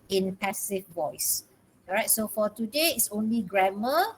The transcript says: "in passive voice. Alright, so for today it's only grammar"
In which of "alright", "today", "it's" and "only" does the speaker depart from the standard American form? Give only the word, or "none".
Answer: alright